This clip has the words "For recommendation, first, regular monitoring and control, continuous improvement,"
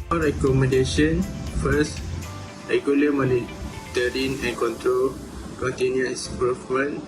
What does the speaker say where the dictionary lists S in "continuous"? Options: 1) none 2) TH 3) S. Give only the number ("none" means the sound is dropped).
1